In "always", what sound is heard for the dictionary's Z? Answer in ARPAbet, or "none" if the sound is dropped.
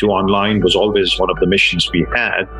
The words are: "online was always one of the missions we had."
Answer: Z